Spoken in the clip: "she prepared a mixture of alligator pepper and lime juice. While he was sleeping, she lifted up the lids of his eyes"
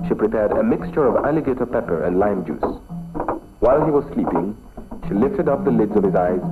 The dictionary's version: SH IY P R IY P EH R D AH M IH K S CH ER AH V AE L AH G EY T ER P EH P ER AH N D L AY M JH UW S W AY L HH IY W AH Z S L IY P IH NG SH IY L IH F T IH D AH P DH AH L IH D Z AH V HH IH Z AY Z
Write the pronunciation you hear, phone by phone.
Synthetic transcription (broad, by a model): SH IY P R IY P EH R D AH M IH K S CH ER AH V AE L AH G EY T ER P EH P ER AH N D L AY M JH UW S W AY L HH IY W AH Z S L IY P IH NG SH IY L IH F T IH D AH P DH AH L IH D Z AH V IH Z AY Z